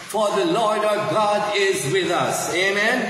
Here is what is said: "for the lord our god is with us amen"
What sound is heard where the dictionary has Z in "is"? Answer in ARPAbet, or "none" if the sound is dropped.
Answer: Z